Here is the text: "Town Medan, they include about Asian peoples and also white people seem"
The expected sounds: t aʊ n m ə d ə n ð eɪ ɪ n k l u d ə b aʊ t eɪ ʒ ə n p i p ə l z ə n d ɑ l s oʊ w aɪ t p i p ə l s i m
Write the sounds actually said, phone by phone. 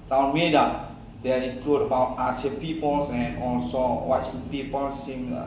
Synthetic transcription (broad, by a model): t aʊ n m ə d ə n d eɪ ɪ k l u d ə b aʊ t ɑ s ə p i p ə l s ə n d ɑ l s oʊ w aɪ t p i p ə l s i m